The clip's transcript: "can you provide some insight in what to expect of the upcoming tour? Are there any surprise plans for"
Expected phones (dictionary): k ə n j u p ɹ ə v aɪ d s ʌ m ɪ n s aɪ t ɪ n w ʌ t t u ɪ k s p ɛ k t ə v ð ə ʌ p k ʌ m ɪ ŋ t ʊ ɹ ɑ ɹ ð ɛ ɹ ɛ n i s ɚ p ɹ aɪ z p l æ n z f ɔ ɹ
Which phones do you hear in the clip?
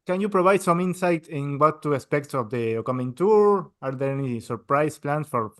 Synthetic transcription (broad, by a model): k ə n j u p ɹ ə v aɪ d s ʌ m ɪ n s aɪ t ɪ n w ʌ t t u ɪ s p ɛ k t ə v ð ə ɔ k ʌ m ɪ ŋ t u ɹ ɑ ɹ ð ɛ ɹ ɛ n i s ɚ p ɹ aɪ s p l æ n s f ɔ ɹ